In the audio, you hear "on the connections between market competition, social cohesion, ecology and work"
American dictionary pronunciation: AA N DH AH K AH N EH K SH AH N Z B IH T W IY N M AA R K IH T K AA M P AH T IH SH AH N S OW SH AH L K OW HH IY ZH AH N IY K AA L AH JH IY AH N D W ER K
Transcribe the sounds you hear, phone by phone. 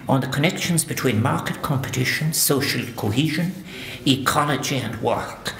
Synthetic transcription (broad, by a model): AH N DH AH K AH N EH K SH AH N Z B IH T W IY N M AA R K IH T K AA M P AH T IH SH AH N S OW SH AH L K OW HH IY ZH AH N IY K AA L AH JH IY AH N W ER K